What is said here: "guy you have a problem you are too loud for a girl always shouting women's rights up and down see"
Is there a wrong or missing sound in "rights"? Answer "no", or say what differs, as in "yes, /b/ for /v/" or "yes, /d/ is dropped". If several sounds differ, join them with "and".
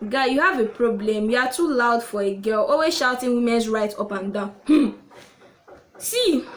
yes, /s/ is dropped